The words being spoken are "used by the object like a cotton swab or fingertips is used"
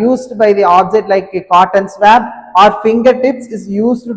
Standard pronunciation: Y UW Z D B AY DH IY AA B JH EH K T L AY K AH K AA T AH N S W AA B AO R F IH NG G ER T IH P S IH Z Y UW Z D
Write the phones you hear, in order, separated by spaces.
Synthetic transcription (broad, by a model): Y UW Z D B AY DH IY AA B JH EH T L AY K AH K AA T AH N S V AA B AO R F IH NG G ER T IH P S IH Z Y UW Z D